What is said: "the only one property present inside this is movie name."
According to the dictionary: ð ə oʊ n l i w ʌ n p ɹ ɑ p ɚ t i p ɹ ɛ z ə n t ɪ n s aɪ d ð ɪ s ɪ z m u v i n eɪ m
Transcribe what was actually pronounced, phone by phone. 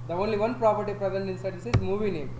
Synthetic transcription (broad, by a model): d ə oʊ n l i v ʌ n p ɹ ɑ p ɚ t i p ɹ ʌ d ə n ɪ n s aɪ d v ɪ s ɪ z m u v i n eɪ m